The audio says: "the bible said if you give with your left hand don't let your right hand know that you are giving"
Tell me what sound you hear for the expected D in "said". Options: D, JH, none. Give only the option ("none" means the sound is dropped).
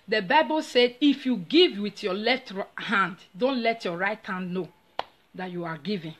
D